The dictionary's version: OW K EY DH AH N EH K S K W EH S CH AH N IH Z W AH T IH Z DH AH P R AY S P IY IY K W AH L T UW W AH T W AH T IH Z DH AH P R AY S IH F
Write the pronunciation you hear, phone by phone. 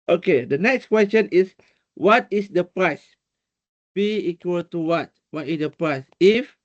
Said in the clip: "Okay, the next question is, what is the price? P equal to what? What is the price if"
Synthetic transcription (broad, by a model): OW K EY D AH N EH K S K W EH S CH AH N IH S W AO T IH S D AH P R AY S B IY IY K W AH L T UW W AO T W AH T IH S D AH P R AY S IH F